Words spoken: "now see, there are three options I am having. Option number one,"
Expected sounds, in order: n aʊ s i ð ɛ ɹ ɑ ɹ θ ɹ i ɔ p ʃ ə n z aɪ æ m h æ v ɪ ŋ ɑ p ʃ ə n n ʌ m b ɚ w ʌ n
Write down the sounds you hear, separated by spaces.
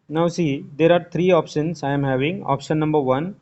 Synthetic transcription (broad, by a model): n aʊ s i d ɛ ɹ ɑ ɹ t ɹ i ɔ p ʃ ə n s aɪ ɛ m h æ v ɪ ŋ ɑ p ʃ ə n n ʌ m b ɚ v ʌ n